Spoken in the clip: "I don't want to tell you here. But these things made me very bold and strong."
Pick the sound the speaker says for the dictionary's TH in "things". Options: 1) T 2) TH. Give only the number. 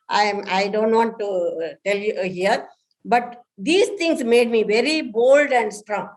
1